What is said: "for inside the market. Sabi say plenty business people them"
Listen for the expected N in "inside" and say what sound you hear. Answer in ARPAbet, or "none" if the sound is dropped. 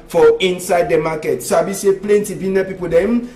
N